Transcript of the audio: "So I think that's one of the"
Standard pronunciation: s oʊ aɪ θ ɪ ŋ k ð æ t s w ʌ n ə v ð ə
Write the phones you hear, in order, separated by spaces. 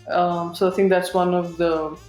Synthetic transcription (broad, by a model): s oʊ aɪ t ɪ ŋ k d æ t s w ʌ n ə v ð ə